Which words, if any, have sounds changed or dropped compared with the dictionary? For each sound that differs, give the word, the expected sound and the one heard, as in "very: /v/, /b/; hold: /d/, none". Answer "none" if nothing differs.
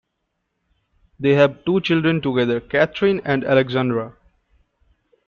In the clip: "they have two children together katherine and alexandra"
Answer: katherine: /θ/, /t/